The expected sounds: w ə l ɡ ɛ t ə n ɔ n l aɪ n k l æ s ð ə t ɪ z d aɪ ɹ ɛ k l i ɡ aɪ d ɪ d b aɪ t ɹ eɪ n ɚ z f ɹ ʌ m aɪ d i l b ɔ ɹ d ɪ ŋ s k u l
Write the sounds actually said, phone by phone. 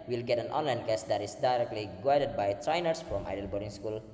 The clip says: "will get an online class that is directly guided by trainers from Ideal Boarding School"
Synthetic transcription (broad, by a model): w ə l ɡ ɛ t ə n ɔ n l aɪ n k æ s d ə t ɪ s d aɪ ɹ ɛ k l i ɡ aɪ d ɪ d b aɪ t ɹ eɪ n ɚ s f ɹ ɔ m aɪ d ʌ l b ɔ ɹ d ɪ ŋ s k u l